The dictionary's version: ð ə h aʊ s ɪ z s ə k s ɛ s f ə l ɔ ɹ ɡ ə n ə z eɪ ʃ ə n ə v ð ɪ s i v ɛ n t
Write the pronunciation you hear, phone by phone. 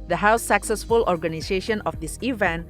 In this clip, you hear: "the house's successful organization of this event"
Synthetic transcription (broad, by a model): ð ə h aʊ ɪ s ə k s ɛ s f ə l ɔ ɹ ɡ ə n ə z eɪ ʃ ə n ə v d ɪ s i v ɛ n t